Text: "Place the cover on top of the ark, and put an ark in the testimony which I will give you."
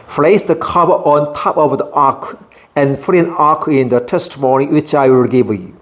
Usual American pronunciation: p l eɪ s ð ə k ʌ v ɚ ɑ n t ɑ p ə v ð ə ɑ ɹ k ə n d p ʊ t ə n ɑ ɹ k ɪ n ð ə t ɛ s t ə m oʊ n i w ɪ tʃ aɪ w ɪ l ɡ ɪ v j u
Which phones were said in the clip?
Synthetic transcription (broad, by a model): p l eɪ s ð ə k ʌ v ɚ ɑ n t ɑ p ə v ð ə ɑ k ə n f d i ə n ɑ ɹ k ɪ n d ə t ɛ s t ə m oʊ n i w ɪ tʃ aɪ w ɪ l ɡ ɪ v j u